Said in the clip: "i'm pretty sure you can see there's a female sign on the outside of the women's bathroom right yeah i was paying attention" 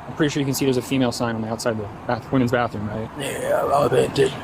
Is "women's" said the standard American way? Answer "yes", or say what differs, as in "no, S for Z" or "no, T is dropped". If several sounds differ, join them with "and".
yes